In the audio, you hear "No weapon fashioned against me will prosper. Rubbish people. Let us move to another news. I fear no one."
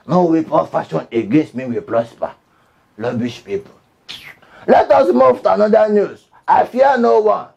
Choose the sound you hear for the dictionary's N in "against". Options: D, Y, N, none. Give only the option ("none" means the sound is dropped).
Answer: N